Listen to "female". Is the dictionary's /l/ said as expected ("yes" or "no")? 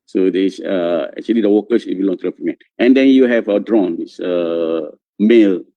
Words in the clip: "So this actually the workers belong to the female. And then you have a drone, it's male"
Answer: no